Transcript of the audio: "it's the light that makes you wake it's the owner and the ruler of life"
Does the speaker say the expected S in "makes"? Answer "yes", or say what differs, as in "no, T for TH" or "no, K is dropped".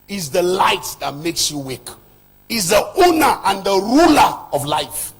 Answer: yes